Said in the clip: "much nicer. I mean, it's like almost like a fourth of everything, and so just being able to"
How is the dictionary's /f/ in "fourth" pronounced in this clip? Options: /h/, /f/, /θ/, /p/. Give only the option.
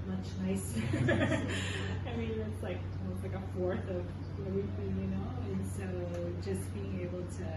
/f/